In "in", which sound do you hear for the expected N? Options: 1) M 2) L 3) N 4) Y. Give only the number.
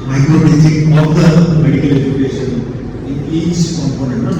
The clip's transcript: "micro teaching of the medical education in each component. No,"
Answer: 2